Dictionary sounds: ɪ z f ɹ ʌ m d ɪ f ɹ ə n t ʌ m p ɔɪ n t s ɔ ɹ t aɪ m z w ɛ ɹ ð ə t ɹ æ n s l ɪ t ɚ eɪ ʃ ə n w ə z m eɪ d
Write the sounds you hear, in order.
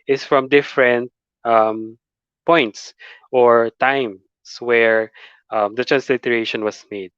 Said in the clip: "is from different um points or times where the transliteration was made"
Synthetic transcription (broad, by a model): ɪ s f ɹ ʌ m d ɪ f ɹ ə n t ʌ m p ɔɪ n t s ɔ ɹ t aɪ m s w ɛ ɹ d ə t ɹ æ n s l ɪ t ɚ eɪ ʃ ə n w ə s m eɪ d